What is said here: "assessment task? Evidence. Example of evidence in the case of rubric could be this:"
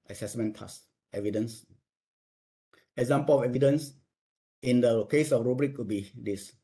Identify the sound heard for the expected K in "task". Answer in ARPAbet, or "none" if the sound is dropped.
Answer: none